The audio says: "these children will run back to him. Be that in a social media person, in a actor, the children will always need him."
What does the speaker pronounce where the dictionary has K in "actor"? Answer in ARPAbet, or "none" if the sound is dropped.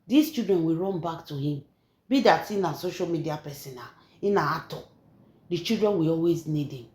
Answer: none